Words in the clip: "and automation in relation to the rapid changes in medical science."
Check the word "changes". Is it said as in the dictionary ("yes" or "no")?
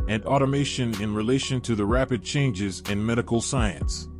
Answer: yes